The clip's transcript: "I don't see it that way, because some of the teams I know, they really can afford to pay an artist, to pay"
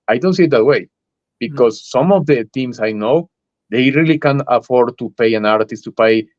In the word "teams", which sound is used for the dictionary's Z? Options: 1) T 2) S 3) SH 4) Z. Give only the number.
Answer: 2